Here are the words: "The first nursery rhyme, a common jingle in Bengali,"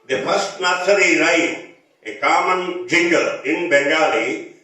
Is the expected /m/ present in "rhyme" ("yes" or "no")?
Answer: no